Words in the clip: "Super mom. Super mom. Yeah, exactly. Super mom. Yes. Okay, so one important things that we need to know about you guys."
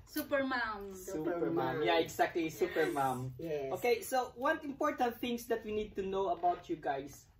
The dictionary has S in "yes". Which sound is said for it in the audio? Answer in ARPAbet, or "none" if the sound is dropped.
none